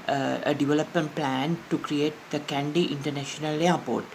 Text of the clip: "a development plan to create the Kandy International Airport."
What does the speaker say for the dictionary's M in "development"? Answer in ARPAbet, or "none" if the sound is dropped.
M